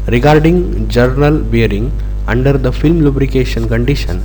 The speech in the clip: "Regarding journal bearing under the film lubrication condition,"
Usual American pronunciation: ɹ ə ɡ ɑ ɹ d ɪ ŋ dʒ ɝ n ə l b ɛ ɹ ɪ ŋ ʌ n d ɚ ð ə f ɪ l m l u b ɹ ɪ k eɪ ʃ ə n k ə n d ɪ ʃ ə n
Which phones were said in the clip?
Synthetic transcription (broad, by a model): ɹ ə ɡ ɑ ɹ d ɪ ŋ dʒ ɝ n ə l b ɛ ɹ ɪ ŋ ʌ n d ɚ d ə f ɪ l m l u b ɹ ɪ k eɪ ʃ ə n k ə n d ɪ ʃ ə n